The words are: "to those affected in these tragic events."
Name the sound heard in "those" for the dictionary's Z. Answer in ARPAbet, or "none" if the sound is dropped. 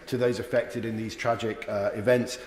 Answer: Z